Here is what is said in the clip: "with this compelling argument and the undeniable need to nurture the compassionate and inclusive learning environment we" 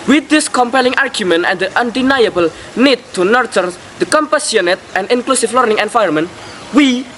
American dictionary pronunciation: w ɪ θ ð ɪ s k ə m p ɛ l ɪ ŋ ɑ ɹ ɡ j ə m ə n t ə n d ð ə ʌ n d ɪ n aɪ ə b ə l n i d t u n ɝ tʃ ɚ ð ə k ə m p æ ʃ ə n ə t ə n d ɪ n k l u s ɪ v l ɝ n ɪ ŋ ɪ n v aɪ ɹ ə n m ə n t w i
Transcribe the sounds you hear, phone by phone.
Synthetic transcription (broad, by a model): w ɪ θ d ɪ s k ə m p ɛ l ɪ ŋ ɑ ɹ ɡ j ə m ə n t ə n d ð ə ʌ n d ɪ n aɪ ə b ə l n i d t u n ɝ tʃ ɚ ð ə k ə m p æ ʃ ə n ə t ə n d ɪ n k l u s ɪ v l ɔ n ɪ ŋ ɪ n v aɪ ə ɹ m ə n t w i